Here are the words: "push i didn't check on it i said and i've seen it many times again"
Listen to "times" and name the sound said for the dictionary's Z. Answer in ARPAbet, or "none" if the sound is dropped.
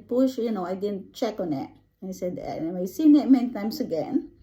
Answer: S